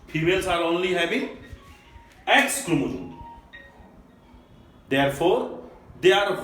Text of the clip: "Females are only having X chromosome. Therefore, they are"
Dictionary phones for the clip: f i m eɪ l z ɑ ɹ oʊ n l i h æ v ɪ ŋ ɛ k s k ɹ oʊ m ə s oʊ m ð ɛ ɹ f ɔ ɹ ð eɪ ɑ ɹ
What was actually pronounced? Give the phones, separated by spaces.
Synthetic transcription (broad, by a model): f i m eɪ l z ɑ ɹ oʊ n l i h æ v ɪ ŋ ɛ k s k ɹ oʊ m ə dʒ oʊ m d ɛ ɹ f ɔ ɹ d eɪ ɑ ɹ